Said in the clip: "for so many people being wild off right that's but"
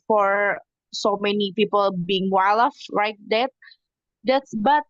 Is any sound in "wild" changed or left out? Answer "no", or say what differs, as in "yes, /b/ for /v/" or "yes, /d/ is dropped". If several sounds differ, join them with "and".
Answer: yes, /d/ is dropped